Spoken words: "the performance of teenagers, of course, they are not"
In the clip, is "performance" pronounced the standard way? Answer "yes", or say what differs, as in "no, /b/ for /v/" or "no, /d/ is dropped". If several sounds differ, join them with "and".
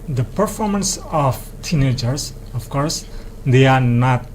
yes